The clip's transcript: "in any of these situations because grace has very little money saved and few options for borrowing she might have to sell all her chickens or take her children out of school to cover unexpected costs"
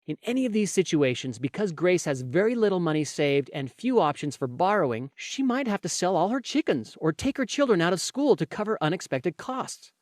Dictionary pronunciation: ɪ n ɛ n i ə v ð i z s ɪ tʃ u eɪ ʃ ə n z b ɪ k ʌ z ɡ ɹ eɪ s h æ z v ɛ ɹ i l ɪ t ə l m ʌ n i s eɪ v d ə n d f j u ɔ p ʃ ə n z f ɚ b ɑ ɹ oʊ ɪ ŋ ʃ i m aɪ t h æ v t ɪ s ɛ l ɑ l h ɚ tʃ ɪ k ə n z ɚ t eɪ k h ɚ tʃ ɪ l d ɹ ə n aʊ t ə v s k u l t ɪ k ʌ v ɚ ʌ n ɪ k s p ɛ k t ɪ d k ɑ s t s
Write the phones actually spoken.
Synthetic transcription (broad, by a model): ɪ n ɛ n i ə v ð i z s ɪ tʃ u eɪ ʃ ə n z b ɪ k ʌ z ɡ ɹ eɪ s h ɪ z v ɛ ɹ i l ɪ t l m ʌ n i s eɪ v d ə n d f j u ɔ p ʃ ə n z f ɚ b ɑ ɹ oʊ ɪ ŋ ʃ i m aɪ t h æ f t ɪ s ɛ l ɑ l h ɚ tʃ ɪ k ə n z ɚ t eɪ k h ɚ tʃ ɪ l d ɹ ə n aʊ t ə v s k u l t ɪ k ʌ v ɚ ʌ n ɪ k s p ɛ k t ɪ d k ɑ s t s